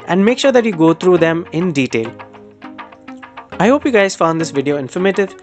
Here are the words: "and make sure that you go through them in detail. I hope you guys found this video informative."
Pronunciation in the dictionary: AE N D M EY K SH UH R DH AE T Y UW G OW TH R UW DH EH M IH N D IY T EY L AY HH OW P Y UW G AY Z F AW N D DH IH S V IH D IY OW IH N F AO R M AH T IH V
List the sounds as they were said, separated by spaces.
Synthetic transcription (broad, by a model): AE N D M EY K SH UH R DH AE T Y UW G OW T R UW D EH M IH N D IY T EY L AY HH OW P Y UW G AY Z F AW N D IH S V IH D IY OW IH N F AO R M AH T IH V